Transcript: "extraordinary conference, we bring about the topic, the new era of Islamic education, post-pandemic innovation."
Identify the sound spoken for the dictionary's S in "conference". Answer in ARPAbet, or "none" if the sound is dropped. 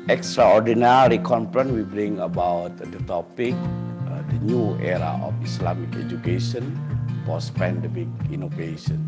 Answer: none